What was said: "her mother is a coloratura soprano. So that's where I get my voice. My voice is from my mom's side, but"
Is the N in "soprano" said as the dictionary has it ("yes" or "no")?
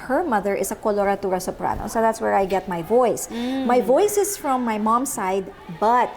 yes